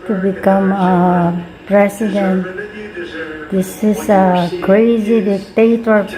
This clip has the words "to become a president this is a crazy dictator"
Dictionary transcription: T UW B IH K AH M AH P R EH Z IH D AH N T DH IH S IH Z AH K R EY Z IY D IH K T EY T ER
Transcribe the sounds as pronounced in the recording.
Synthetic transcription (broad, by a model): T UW B IH K AH M AH P R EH S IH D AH N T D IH S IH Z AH K R EY Z IY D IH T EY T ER